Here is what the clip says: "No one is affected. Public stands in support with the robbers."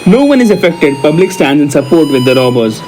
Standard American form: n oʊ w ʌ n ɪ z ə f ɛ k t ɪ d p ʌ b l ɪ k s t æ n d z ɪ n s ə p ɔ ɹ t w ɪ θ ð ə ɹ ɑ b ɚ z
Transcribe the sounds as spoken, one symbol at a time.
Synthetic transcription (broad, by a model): n oʊ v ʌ n ɪ z ə f ɛ k t ɪ d p ʌ b l ɪ k s t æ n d ɪ n s ə p ɔ ɹ t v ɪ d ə ɹ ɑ b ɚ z